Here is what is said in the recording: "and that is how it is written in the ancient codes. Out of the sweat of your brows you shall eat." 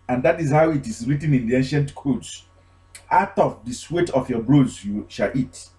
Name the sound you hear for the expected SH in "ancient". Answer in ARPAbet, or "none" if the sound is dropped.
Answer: SH